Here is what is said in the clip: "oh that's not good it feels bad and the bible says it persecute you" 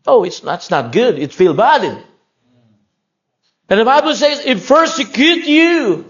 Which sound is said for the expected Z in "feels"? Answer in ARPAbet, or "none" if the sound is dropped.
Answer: none